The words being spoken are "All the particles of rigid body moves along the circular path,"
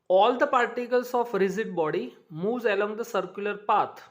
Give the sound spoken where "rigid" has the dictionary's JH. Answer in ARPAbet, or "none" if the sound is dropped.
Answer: Z